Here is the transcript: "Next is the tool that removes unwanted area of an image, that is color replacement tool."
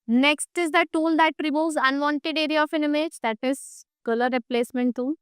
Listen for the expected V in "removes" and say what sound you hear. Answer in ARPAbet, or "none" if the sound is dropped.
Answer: none